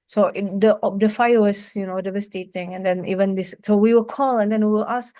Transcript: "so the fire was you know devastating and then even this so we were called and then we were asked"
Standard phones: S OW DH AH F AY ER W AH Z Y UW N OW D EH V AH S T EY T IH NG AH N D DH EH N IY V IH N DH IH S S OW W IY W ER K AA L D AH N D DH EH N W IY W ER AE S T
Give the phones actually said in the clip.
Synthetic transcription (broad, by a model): S OW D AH F AY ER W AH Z Y UW N OW D EH V AH S T EY T IH NG AH N D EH N IY V IH N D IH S S OW W IY W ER K AA L AH N D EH N W IY W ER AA S